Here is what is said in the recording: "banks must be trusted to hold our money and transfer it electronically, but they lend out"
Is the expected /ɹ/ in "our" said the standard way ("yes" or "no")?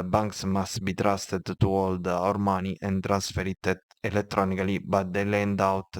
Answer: yes